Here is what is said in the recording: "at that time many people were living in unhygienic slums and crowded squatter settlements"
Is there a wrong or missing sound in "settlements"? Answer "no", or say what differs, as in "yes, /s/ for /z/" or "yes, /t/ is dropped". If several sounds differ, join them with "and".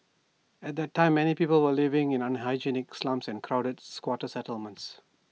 no